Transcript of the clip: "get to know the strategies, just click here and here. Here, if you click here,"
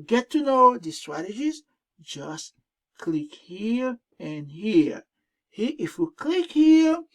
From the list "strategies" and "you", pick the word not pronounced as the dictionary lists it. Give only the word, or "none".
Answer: none